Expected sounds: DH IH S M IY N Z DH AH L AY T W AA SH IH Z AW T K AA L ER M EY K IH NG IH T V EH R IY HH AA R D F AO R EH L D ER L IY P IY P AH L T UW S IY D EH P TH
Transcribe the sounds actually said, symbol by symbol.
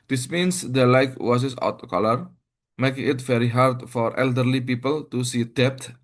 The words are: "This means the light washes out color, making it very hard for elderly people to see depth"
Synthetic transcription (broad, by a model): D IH S M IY N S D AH L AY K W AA S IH S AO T K AA L ER M EY K IH NG IH T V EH R IY HH AA R D F AO R EH L D ER L IY P IY P AH L T UW S IY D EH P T